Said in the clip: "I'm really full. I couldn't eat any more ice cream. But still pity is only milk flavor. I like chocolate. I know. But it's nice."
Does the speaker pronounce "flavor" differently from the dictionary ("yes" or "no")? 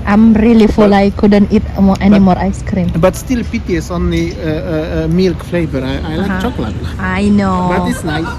no